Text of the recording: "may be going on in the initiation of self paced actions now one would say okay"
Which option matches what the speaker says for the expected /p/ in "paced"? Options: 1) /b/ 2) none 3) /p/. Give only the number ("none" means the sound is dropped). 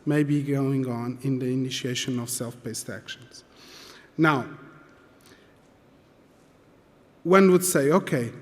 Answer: 1